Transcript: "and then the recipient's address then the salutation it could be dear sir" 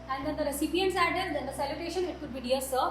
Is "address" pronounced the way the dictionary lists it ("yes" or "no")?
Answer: no